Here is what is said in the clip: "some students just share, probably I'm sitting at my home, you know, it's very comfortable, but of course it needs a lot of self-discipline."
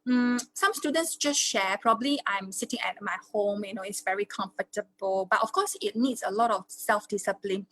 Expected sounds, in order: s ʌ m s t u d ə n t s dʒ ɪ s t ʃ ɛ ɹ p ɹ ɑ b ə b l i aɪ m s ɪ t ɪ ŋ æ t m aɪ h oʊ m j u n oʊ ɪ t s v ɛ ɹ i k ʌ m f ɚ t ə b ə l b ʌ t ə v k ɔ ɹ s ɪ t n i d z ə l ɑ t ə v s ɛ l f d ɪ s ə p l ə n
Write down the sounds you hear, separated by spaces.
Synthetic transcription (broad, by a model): s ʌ m s t u d ə n t s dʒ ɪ s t ʃ ɛ p ɹ ɑ b ə b l i aɪ m s ɪ t ɪ ŋ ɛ t m aɪ h oʊ m j u n oʊ ɪ t s v ɛ ɹ i k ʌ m f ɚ t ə b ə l b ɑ t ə f k ɔ s ɪ t n i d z ə l ɑ t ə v s ɛ l f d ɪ s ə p l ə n